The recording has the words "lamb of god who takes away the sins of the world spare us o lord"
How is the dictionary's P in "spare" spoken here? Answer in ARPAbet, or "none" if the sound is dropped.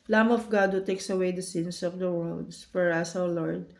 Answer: F